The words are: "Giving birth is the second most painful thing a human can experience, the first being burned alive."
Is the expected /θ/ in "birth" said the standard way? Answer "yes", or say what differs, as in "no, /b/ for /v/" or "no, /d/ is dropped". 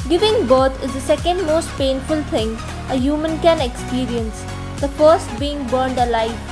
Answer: no, /t/ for /θ/